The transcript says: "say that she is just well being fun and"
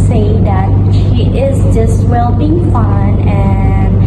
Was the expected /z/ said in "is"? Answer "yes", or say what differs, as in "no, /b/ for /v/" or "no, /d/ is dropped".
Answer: yes